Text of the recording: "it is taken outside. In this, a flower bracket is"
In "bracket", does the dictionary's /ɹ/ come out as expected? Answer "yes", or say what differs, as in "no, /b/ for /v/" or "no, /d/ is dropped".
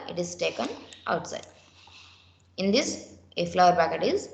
no, /ɹ/ is dropped